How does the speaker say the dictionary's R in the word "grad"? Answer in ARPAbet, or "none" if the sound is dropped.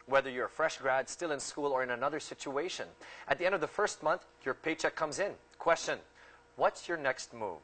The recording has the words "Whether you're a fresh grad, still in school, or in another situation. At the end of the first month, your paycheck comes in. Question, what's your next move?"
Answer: R